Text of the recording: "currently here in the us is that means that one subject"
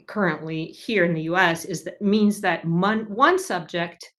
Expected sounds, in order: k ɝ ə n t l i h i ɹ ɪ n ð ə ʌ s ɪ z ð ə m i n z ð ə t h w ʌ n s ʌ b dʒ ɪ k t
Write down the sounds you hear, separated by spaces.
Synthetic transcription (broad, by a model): k ɝ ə n t l i h i ɹ ɪ n ð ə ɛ s ɪ z ð ə m i n z ð ə t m w ʌ n s ʌ b dʒ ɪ k t